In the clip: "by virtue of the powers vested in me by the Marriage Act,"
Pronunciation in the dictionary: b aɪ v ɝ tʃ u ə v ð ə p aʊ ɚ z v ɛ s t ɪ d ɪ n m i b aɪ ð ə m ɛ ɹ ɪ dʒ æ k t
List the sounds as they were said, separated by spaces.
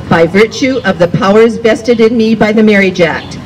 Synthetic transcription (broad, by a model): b aɪ v ɝ tʃ u ə v ð ə p aʊ ɚ z b ɛ s t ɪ d ɪ n m i b aɪ ð ə m ɛ ɹ ɪ dʒ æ k t